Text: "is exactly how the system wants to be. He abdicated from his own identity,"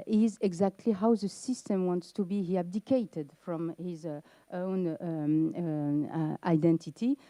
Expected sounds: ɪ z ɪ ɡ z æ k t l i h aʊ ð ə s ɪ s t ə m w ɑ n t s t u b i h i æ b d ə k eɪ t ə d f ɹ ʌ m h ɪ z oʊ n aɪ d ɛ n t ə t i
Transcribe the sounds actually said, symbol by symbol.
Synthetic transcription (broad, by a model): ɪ z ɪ ɡ z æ k t l i h aʊ ð ə s ɪ s t ə m w ɑ n t s t u b i h i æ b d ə k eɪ t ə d f ɹ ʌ m h ɪ z oʊ n aɪ d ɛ n t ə t i